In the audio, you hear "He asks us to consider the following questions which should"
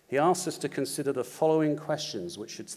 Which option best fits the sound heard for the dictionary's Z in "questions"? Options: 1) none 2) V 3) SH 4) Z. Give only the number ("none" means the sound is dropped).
4